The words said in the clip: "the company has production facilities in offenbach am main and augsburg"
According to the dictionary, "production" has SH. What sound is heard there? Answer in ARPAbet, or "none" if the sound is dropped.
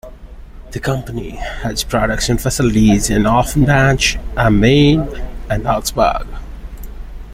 S